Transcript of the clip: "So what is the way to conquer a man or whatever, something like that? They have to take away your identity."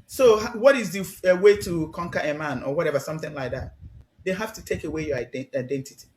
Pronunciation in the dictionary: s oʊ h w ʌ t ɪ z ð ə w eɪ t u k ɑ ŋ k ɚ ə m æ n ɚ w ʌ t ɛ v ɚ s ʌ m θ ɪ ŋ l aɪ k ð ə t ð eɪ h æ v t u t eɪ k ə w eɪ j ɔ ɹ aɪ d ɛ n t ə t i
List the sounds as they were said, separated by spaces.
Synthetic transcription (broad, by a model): s oʊ h w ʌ t ɪ z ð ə w eɪ t u k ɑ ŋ k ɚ ə m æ n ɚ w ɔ t ɛ v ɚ s ʌ m θ ɪ ŋ l aɪ k ð ə t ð eɪ h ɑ f t u t eɪ k ə w eɪ j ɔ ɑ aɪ d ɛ n t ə t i